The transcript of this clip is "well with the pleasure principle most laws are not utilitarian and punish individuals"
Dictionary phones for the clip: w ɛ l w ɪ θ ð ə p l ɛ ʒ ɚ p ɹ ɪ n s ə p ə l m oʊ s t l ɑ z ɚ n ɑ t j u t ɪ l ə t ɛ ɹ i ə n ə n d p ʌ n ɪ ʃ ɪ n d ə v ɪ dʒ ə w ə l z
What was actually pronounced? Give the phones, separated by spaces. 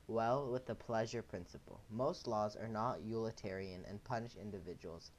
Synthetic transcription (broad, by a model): w ɛ l w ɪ ð ə p l ɛ ʒ ɚ p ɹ ɪ n s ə p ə l m oʊ s t l ɑ z ɚ n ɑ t j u l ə t ɛ ɹ i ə n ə n p ʌ n ɪ ʃ ɪ n d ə v ɪ dʒ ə w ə l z